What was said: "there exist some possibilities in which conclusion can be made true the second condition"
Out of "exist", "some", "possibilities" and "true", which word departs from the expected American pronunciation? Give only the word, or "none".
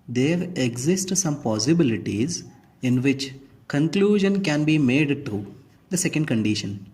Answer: true